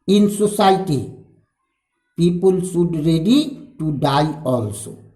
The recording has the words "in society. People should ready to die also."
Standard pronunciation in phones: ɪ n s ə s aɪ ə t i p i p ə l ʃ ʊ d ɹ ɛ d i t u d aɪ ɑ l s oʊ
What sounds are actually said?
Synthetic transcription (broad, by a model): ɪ n s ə s aɪ t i p i p ə l s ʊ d ɹ ɛ d i t u d aɪ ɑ l s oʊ